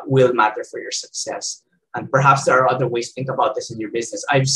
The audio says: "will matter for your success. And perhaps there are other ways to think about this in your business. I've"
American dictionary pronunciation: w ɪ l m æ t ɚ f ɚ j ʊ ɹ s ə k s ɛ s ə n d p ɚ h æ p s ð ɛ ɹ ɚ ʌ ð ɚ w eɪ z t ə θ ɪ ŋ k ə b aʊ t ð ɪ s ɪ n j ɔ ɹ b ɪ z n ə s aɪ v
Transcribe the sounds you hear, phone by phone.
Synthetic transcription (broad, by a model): w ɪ l m æ t ɚ f ɚ j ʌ ɹ s ə k s ɛ s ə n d p ɚ h æ p s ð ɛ ɹ ɚ ʌ ð ɚ w eɪ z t θ ɪ ŋ k ə b aʊ t ð ɪ s ɪ n j ɔ ɹ b ɪ z n ə s aɪ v